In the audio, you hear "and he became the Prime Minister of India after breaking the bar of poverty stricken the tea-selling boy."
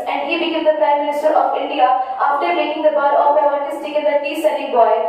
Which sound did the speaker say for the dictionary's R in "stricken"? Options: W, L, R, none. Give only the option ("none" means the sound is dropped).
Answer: none